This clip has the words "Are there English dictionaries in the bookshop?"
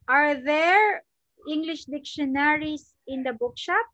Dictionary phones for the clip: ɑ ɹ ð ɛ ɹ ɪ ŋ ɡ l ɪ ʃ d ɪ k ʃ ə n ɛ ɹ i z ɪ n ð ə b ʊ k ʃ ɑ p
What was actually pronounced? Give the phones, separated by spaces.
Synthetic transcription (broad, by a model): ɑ ɹ ð ɛ ɹ ɪ ŋ ɡ l ɪ ʃ d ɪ k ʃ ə n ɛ ɹ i s ɪ n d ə b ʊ k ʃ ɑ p